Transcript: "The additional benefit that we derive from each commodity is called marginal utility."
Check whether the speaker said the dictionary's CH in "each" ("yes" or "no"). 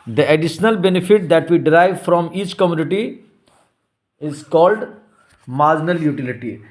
yes